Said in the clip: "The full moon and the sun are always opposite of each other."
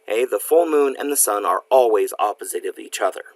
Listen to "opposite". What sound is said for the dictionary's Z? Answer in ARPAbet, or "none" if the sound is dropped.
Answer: Z